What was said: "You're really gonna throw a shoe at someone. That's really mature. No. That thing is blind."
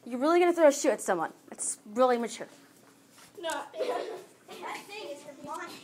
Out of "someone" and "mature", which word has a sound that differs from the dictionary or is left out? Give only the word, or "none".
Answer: none